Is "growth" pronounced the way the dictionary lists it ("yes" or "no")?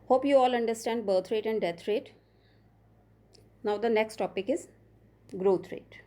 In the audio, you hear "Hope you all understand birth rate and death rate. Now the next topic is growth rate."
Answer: no